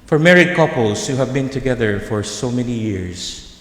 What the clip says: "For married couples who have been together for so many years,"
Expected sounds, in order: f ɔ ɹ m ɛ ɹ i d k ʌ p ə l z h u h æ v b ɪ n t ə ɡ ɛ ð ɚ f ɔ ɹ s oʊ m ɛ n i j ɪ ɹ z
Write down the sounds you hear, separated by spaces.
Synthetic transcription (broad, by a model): f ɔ ɹ m ɛ ɹ i d k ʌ p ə l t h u h æ v b ɪ n t ə ɡ ɛ ð ɚ f ɔ ɹ s oʊ m ɛ n i j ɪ ɹ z